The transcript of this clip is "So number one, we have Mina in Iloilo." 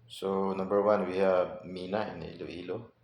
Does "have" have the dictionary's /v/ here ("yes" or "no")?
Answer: no